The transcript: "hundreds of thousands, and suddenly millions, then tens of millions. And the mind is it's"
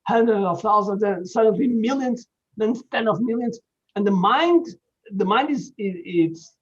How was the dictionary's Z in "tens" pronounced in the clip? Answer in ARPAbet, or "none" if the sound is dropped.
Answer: none